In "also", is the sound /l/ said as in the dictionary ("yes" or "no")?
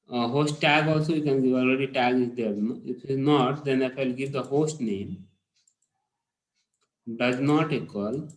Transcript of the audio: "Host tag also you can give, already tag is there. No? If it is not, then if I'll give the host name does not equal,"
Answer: yes